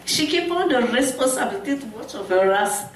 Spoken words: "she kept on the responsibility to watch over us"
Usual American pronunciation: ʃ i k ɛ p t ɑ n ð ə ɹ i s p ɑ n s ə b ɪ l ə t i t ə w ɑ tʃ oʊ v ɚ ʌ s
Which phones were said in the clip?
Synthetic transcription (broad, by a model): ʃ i k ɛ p ɑ n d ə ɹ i s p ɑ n s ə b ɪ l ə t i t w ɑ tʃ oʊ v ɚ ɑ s